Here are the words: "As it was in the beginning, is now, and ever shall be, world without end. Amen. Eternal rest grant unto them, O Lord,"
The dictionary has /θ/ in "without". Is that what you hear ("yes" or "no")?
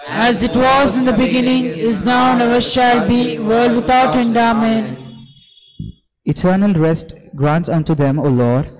no